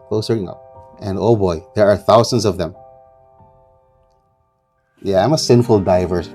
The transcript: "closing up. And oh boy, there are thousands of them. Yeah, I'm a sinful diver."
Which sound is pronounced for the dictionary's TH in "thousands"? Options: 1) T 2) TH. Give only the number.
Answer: 2